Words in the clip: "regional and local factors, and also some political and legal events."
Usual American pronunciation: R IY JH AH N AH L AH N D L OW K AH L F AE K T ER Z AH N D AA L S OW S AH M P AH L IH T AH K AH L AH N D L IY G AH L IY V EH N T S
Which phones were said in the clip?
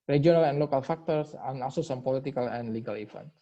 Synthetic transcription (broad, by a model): R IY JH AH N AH L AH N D L OW K AH L F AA K T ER S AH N AA L S OW S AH M P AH L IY T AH K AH L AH N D L IY G AH L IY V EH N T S